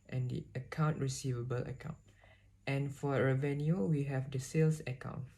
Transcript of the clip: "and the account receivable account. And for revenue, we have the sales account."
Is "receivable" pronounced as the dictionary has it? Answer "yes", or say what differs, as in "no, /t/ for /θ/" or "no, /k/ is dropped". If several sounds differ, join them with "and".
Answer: yes